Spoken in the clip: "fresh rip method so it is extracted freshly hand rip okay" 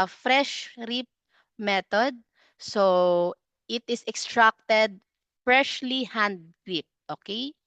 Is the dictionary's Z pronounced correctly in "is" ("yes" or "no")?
no